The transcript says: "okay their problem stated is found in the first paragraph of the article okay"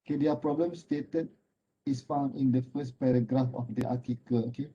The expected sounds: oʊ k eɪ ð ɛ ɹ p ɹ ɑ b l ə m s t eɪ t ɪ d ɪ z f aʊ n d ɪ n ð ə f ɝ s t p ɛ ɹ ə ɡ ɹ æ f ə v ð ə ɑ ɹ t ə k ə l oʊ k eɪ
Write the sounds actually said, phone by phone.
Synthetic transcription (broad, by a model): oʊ k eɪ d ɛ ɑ p ɹ ɑ b l ə m s t eɪ t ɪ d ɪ s f aʊ n d ɪ n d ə f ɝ s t p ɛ ɹ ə ɡ ɹ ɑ f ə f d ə ɑ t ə k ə l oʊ k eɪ